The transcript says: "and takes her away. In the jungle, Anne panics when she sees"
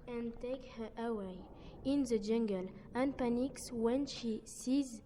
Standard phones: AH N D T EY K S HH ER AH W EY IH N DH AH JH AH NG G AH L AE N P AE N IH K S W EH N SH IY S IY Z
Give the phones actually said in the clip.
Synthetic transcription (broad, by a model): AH N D T EY K HH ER AH W EY IH N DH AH JH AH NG G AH L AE N P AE N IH K S W EH N SH IY S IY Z